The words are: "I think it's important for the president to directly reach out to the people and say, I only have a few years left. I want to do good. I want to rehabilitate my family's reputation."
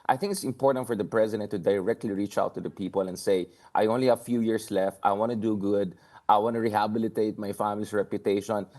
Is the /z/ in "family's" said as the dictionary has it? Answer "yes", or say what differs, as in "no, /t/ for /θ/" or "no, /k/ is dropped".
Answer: no, /s/ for /z/